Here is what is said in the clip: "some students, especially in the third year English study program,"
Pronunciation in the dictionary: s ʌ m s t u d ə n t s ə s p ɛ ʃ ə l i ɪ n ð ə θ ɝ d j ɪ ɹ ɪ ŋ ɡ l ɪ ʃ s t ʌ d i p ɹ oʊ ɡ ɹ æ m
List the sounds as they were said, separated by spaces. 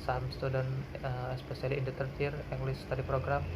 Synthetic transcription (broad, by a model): s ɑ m s t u d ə n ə s p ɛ s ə l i ɪ n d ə t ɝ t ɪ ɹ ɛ ŋ ɡ l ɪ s t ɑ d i p ɹ oʊ ɡ ɹ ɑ m